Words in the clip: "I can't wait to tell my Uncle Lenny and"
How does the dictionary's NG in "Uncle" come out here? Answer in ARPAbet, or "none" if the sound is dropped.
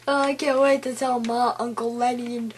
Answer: NG